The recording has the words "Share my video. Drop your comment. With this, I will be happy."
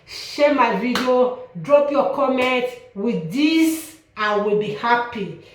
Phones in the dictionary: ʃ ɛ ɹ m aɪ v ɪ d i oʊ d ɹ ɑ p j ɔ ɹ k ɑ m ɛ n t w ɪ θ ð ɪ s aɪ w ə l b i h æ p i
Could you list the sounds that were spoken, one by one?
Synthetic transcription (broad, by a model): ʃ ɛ m aɪ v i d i oʊ d ɹ ɑ p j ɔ k ɑ m ɛ n t w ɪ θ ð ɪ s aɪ w ə l b i h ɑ p i